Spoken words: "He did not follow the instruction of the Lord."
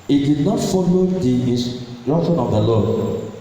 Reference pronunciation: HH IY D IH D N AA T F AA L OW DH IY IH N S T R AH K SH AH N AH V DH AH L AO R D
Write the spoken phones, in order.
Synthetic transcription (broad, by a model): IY D IH D N AA T F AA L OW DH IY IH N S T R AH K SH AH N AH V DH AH L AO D